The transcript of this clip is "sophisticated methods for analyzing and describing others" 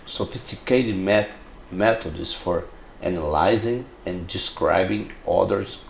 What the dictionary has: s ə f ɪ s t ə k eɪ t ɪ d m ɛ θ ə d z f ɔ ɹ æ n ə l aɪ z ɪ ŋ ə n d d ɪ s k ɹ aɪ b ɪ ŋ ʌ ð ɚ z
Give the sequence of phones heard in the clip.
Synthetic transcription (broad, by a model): s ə f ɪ s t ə k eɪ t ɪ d m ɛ t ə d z f ɔ ɹ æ n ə l aɪ z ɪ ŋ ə n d d ɪ s k ɹ aɪ b ɪ ŋ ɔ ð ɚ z